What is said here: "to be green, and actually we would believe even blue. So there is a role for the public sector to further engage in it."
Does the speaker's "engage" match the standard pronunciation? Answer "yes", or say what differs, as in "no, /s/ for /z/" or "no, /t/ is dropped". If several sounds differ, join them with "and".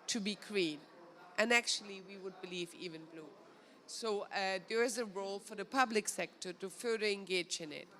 yes